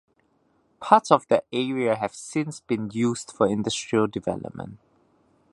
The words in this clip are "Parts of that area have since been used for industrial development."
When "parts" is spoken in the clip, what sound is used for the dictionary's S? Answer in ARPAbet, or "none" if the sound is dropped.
none